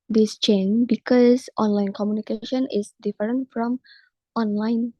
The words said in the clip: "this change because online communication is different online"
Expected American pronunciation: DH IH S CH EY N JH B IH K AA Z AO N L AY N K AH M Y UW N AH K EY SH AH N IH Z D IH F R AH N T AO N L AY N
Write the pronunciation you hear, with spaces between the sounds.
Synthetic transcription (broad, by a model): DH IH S CH EY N B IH K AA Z AO N L AY N K AH M Y UW N AH K EY SH AH N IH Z D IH F R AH N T AO N L AY N